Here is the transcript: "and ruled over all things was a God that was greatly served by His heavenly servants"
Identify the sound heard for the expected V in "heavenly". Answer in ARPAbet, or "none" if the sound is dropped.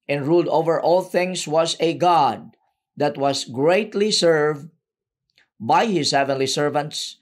V